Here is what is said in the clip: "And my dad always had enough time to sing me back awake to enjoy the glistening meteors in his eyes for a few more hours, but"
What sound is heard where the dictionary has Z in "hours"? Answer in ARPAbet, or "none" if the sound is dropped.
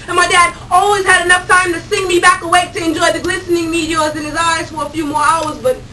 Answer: Z